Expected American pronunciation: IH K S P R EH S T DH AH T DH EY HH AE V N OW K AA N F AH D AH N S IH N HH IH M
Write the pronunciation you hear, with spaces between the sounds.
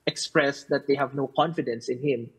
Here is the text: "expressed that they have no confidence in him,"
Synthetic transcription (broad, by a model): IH K S P R EH S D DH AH T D EY HH AE V N OW K AA N F AH D AH N S IH N HH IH M